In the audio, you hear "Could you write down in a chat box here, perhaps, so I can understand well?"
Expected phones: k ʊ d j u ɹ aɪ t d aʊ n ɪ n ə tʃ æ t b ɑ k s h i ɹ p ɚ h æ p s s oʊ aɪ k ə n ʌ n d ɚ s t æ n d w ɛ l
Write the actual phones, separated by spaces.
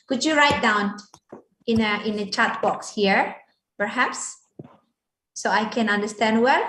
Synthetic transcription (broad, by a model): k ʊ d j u ɹ aɪ t d aʊ n ɪ n ə tʃ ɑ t b ɑ k s h i ɹ p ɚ h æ p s s oʊ aɪ k ə n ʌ n d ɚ s t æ n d w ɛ l